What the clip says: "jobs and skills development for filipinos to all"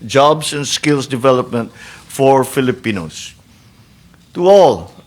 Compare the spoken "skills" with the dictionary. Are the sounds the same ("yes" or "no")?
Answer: no